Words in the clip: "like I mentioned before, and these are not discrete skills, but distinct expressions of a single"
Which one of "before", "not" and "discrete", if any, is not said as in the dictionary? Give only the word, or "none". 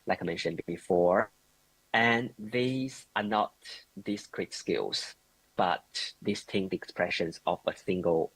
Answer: none